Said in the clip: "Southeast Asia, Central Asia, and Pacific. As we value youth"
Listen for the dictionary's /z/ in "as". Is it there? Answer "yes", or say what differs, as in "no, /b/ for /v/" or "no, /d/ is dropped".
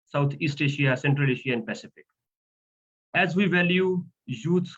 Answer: yes